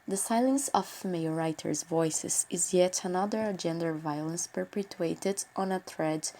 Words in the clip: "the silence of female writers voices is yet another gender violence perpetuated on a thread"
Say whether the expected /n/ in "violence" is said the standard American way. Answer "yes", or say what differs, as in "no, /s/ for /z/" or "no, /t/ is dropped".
yes